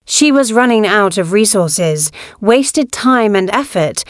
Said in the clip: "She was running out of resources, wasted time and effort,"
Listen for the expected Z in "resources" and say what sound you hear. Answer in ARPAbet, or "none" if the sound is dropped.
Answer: Z